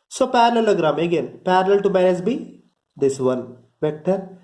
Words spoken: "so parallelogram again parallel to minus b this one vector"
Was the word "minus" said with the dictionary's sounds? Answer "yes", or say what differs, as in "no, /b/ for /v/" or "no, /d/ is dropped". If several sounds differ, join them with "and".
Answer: no, /n/ is dropped